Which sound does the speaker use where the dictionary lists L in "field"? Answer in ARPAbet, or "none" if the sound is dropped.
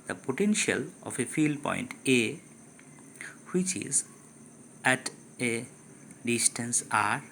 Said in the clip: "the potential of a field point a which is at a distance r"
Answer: L